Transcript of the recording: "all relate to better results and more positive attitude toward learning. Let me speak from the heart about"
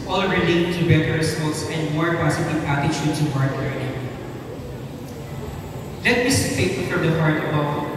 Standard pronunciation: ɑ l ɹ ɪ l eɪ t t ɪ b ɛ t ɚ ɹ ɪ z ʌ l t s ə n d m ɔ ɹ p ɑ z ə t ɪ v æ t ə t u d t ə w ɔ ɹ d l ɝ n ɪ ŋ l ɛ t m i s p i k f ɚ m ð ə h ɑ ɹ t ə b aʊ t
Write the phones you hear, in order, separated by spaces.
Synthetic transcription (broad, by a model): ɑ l ɹ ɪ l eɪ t t ɪ b ɛ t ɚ ɹ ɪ s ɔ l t s ə n d m ɔ ɹ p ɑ s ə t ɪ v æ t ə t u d s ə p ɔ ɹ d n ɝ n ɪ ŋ l ɛ t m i s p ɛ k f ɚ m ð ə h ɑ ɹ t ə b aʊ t